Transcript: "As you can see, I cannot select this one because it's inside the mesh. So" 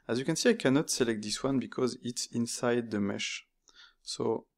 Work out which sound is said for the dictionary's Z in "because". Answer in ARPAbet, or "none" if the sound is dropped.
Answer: Z